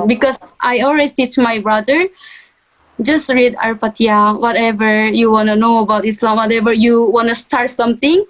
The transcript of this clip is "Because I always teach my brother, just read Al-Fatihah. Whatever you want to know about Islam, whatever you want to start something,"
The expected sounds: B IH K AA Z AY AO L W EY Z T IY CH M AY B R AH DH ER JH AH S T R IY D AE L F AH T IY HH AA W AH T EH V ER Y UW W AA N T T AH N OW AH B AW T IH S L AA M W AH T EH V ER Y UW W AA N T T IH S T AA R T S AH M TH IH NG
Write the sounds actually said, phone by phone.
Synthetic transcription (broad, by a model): B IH K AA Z AY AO L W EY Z T IY CH M AY B R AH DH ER JH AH S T R IY D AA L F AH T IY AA W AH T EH V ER Y UW W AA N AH N OW AH B AW T IH S L AA M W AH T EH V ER Y UW W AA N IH S T AA R T S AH M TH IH NG